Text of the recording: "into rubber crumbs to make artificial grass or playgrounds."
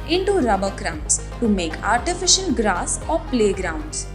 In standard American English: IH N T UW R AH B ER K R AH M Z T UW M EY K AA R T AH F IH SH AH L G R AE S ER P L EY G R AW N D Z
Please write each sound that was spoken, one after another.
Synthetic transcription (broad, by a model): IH N T UW R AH B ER K R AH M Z T UW M EY K AA R T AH F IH SH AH N G R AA S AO P L EY G R AW N D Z